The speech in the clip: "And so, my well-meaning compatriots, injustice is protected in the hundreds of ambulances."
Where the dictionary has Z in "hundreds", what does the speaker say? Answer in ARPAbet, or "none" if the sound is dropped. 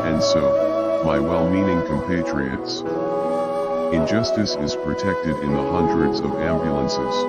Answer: Z